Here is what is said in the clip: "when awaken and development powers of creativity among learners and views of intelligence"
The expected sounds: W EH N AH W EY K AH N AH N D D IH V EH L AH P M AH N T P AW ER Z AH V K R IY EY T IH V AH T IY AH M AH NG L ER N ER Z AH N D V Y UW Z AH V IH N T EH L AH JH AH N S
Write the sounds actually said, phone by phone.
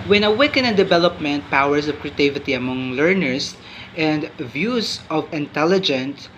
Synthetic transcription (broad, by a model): W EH N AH W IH K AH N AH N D D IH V EH L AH P M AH N T P AW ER S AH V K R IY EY T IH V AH T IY AH M AH NG L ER N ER S AH N D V Y UW S AH V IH N T EH L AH JH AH N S